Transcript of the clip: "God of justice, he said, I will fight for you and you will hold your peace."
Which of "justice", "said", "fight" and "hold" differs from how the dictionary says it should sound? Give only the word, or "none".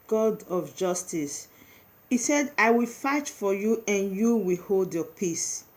none